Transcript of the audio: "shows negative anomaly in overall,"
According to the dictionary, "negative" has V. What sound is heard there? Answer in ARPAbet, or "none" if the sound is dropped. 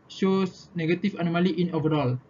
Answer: F